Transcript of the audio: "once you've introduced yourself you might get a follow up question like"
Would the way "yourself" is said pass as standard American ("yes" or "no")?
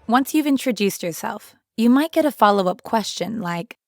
yes